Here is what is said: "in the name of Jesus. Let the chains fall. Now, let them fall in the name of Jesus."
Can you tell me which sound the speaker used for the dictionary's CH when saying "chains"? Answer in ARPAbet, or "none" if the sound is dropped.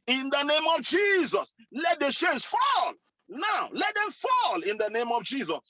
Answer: SH